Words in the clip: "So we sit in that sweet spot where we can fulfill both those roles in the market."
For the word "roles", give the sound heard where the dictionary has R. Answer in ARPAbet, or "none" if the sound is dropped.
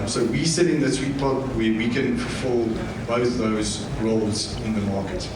R